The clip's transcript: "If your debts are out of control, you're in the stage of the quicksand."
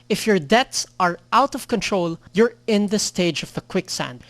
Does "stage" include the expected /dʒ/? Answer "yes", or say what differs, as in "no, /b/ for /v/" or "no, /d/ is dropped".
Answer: yes